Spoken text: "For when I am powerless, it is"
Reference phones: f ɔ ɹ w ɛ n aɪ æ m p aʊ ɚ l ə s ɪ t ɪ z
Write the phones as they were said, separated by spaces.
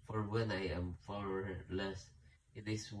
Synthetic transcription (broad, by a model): f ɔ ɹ w ɛ n aɪ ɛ m f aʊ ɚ l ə s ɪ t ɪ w